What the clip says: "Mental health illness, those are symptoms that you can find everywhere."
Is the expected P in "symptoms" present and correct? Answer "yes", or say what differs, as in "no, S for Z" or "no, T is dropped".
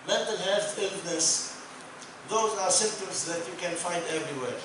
no, P is dropped